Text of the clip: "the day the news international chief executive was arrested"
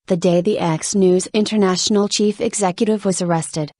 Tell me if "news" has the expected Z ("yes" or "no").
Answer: yes